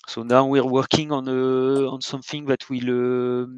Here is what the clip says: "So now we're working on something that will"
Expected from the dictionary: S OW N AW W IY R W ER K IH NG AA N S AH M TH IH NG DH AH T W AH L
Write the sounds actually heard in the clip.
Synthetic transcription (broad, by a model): S OW N AW W IY R W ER K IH NG AA N S AH M TH IH NG DH AH T W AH L